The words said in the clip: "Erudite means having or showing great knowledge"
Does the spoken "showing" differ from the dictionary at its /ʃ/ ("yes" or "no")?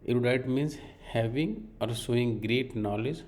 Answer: yes